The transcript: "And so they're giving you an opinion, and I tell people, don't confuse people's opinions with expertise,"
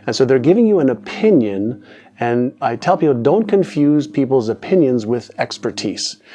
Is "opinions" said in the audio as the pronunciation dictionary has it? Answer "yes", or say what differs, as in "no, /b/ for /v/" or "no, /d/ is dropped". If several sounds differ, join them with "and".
yes